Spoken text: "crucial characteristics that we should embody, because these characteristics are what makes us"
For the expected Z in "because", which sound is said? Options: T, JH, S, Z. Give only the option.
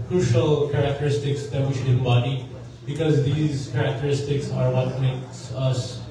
Z